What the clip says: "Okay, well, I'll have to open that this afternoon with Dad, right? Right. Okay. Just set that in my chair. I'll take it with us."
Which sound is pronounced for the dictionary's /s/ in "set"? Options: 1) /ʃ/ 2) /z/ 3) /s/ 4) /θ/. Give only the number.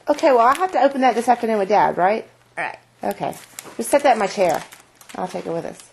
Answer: 3